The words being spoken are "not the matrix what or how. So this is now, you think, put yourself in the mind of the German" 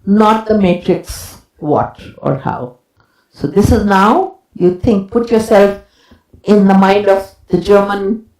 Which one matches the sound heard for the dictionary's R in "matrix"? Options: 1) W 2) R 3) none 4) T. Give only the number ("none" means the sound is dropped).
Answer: 2